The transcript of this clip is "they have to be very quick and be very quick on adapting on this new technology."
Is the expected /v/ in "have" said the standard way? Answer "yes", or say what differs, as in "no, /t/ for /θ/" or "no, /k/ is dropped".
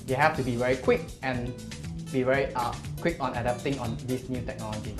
no, /f/ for /v/